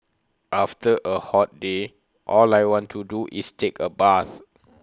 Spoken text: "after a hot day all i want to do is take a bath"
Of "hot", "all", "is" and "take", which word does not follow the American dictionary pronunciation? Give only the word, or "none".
is